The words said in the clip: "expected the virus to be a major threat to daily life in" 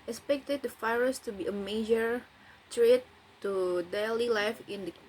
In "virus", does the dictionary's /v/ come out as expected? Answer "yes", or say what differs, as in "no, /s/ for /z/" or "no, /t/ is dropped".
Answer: no, /f/ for /v/